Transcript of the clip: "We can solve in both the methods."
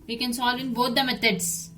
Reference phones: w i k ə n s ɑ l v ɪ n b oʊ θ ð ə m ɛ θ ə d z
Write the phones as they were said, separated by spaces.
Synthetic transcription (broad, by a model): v i k ə n s ɑ l v ɪ n b oʊ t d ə m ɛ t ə d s